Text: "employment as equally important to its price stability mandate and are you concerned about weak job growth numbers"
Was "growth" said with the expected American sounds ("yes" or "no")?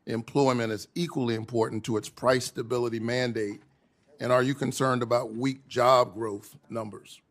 yes